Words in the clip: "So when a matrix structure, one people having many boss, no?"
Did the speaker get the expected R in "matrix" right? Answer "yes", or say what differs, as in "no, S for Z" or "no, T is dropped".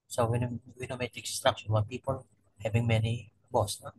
no, R is dropped